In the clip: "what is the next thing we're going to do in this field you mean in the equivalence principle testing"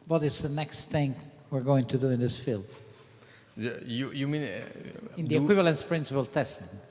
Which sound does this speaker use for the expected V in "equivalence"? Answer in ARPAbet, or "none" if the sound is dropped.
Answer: V